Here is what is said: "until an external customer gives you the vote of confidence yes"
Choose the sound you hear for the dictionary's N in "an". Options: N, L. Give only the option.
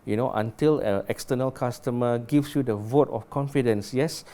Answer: L